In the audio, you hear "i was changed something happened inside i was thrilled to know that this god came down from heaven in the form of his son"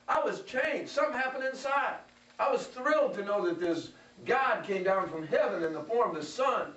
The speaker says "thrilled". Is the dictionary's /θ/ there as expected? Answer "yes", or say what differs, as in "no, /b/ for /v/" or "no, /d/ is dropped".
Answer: yes